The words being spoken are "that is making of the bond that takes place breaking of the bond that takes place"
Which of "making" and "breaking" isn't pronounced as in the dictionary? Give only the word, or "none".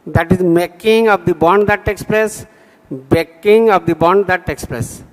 breaking